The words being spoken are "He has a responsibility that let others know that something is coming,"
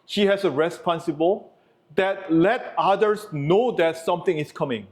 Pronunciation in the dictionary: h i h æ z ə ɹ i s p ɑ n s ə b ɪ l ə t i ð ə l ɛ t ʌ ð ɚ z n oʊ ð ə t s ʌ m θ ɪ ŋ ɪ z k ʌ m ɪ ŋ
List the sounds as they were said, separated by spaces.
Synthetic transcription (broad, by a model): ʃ i h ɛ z ə ɹ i s p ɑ n s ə b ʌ l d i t l ɛ t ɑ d ɚ s n oʊ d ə t s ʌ m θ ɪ ŋ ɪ s k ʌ m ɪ ŋ